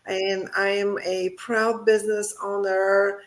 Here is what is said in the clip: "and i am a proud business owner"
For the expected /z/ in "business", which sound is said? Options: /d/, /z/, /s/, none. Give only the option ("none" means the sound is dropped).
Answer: /z/